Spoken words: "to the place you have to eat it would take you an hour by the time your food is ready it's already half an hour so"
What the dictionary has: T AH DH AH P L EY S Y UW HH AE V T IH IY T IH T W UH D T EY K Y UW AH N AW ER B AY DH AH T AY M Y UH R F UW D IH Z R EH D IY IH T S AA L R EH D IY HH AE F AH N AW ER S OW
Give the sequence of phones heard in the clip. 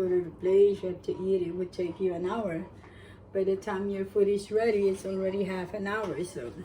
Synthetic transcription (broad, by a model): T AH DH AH B L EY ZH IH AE T IH IY T IH T W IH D T EY K Y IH AH N AW ER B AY DH AH T AY M Y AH R F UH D IH Z R EH D IY IH T S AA L R EH D IY HH AE F AH N AW ER S OW